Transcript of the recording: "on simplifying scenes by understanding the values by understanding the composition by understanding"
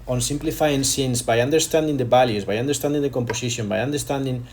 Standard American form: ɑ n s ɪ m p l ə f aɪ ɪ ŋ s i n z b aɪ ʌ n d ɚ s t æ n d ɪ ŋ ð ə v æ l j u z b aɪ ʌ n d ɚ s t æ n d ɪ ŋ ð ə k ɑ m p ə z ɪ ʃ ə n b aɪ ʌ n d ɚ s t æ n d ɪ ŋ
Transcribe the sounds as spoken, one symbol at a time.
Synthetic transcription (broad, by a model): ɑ n s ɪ m p l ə f aɪ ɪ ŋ s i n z b aɪ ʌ n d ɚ s t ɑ n d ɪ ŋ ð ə b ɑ l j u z b aɪ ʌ n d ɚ s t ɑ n d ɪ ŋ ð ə k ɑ m p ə s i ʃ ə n b aɪ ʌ n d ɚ s t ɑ n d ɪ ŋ